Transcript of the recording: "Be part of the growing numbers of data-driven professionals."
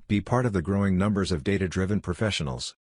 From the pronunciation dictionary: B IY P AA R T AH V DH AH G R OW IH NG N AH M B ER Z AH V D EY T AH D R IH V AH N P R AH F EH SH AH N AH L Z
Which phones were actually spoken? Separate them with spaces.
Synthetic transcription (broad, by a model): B IY P AA R T AH V DH AH G R OW IH NG N AH M B ER Z AH V D EY T AH D R IH V AH N P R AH F EH SH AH N L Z